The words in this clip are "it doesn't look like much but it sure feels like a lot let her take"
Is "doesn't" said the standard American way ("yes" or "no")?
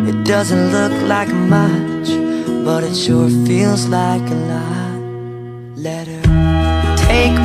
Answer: yes